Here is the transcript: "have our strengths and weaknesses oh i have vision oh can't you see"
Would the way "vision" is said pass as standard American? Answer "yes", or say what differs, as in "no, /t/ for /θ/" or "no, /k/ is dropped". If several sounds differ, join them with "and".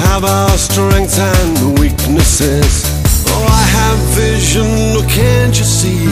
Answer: yes